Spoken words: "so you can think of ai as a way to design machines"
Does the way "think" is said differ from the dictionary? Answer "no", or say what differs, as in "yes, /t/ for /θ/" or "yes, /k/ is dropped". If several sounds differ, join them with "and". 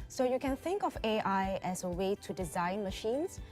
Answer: no